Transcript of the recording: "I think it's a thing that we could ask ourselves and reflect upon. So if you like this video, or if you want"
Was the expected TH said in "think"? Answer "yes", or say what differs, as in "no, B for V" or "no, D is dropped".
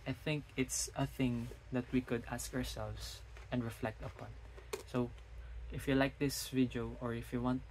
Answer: yes